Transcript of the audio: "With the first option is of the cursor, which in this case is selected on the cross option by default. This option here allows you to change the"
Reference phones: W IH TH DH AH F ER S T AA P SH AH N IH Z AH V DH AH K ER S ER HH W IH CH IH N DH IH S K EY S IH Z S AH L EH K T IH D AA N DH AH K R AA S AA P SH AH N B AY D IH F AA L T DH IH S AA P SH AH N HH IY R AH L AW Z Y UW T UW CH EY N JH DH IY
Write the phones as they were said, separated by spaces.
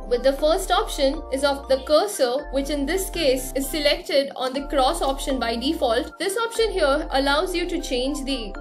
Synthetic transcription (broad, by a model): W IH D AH F ER S T AA P SH AH N IH Z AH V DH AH K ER S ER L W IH CH IH N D IH S K EY S IH Z S AH L EH K T IH D AA N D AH K R AA S AA P SH AH N B AY D IH F AA L T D IH S AA P SH AH N HH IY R AH L AW Z Y UW T UW CH EY N JH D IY